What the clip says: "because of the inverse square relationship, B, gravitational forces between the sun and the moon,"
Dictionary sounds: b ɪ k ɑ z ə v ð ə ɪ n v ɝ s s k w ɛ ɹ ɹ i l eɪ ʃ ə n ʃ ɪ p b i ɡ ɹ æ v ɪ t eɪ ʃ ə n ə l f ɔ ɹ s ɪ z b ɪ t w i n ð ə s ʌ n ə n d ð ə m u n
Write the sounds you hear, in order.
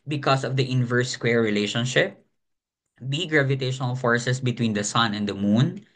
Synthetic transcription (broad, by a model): b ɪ k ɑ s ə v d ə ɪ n v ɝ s s k w ɛ ɹ ɹ i l eɪ ʃ ə n ʃ ɪ p b i ɡ ɹ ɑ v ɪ t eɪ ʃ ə n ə l f ɔ ɹ s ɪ s b ɪ t w i n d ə s ʌ n ə n d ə m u n